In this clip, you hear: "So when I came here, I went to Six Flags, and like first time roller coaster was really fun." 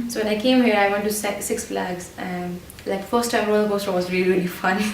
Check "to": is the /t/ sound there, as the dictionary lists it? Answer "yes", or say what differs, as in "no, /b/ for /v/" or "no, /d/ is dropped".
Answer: no, /s/ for /t/